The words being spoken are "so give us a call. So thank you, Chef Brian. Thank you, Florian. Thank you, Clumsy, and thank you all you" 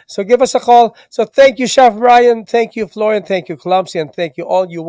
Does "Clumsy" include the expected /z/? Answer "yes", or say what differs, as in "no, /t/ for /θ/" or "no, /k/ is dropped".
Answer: no, /s/ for /z/